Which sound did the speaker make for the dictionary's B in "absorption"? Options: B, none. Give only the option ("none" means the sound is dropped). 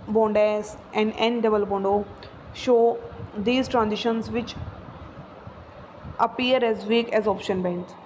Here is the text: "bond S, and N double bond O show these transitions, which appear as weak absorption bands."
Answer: none